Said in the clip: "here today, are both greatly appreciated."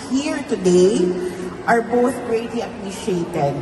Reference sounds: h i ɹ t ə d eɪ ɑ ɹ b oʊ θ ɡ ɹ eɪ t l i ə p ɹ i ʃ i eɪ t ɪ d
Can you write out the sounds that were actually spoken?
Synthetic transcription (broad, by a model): h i ɹ t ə d eɪ ɑ ɹ b oʊ θ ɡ ɹ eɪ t l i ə p ɹ i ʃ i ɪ t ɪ d